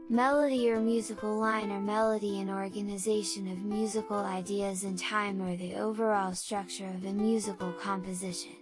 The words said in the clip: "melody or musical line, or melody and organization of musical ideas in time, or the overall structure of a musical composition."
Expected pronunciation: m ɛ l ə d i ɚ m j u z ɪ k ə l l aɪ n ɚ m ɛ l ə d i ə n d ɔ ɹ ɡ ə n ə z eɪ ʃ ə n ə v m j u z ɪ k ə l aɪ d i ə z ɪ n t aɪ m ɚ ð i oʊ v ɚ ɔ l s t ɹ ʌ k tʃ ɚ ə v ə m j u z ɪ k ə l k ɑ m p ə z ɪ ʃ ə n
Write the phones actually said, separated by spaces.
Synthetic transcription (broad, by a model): m ɛ l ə d i ɚ m j u z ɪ k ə l l aɪ n ɚ m ɛ l ə d i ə n ɔ ɹ ɡ ə n ə z eɪ ʃ ə n ə v m j u z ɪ k l aɪ d i ə z ɪ n t aɪ m ɚ ð i oʊ v ɚ ɔ l s t ɹ ʌ k tʃ ɚ ə v ə m j u z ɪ k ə l k ɑ m p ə z ɪ ʃ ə n